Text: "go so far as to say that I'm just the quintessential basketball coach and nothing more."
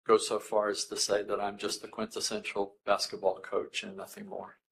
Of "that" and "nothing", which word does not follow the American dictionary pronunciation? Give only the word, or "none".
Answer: none